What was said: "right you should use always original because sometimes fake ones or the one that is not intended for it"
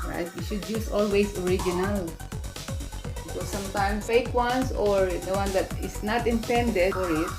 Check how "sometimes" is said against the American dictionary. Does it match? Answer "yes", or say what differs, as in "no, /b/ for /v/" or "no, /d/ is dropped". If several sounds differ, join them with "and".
no, /z/ is dropped